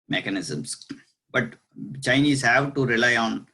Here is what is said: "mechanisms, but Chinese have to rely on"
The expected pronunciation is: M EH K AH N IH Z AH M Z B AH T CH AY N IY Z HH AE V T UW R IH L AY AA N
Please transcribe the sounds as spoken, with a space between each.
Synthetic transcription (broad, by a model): M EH K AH N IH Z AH M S B AH T CH AY N IY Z HH AE V T UW R IH L AY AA N